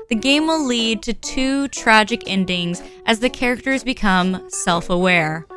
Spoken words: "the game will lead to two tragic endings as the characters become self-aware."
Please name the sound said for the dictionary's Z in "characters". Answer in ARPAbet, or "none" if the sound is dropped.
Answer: Z